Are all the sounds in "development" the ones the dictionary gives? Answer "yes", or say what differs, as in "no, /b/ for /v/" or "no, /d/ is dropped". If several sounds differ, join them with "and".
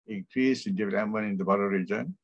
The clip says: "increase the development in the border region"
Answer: no, /l/ is dropped and /p/ is dropped